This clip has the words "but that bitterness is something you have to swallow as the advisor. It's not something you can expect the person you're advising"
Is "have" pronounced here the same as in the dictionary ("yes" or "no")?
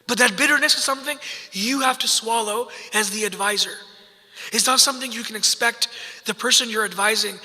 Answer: no